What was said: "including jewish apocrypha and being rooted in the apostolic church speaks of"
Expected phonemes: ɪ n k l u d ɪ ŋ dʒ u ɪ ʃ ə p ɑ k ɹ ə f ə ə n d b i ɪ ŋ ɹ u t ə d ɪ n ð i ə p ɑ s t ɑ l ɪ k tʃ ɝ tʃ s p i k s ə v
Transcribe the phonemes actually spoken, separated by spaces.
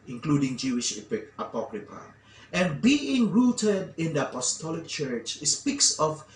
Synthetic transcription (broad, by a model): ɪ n k l u d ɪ ŋ dʒ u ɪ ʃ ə p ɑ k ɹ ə p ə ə n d b i ɪ ŋ ɹ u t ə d ɪ n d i ə p ɑ s t ɑ l ɪ k tʃ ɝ tʃ s p i k s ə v